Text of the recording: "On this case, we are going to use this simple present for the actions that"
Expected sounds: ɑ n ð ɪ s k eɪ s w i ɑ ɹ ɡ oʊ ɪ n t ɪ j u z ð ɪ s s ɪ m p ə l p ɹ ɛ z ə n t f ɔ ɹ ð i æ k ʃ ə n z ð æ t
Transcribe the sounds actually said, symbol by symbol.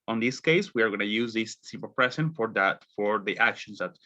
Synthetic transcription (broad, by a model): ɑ n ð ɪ s k eɪ s w i ɑ ɹ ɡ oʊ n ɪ j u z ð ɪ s s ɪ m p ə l p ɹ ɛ s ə n t f ɔ ɹ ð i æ k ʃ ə n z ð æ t